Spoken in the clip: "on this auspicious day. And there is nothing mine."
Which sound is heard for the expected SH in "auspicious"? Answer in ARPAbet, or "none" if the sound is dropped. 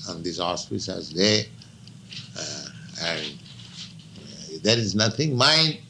S